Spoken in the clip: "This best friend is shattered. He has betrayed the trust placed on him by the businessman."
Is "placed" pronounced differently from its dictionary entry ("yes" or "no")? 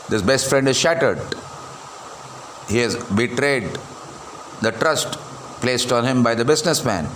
no